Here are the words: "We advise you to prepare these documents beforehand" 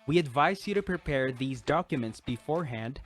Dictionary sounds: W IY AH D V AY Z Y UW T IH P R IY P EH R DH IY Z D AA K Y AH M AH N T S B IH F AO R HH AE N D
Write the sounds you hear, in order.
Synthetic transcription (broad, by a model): W IY AH D V AY Z Y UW T IH P R IY P EH R DH IY Z D AA K Y AH M AH N T S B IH F AO R HH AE N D